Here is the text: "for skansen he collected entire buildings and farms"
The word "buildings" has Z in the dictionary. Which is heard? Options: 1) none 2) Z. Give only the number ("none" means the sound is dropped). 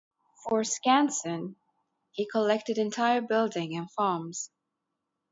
1